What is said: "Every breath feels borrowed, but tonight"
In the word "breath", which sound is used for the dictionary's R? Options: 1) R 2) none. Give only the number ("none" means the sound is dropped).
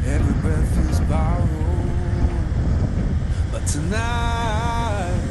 2